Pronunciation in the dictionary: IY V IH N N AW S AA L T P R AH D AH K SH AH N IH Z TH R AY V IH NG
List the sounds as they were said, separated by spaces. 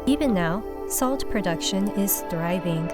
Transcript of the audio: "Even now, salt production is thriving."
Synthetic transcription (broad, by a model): IY V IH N N AW S AA L T P R AH D AH K SH AH N IH Z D R AY V IH NG